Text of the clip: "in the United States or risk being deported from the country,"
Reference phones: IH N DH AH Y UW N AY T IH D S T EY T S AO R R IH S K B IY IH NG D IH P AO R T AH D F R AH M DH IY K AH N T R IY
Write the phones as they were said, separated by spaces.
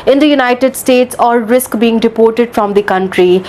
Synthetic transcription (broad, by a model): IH N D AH Y UW N AY T IH D S T EY T S AO L R IH S K B IY IH NG D IH P AO R T AH D F R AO M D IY K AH N T R IY